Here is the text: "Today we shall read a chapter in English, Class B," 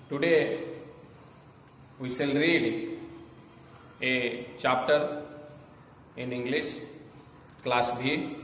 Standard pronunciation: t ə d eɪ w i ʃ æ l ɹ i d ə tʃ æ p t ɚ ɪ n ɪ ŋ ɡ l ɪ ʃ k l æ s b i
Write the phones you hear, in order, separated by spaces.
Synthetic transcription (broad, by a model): t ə d eɪ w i s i l ɹ i d ə tʃ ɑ p t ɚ ɪ n ɪ ŋ ɡ l ɪ ʃ k l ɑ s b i